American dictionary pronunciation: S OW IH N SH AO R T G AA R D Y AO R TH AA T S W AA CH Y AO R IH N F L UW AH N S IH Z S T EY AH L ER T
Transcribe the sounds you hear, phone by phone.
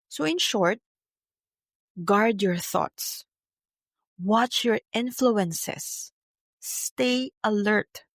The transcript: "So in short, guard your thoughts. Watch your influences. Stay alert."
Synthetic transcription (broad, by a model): S OW IH N SH AO R T G AA R D Y AO R TH AA T S W AA CH Y AO R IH N F L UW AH N S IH S T EY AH L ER T